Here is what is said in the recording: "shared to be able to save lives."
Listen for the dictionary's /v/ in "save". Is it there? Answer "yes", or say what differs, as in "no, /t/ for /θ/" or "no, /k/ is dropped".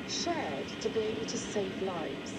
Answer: yes